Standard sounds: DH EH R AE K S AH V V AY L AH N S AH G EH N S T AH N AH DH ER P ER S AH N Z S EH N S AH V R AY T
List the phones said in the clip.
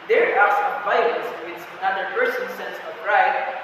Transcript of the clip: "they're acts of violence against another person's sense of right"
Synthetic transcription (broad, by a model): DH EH R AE S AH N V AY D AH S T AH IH S AH N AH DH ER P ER S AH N S EH N S AH V R AY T